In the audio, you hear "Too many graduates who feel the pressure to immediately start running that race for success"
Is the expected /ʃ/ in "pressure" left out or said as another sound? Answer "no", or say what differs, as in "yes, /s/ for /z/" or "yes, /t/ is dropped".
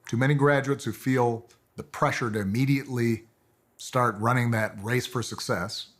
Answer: no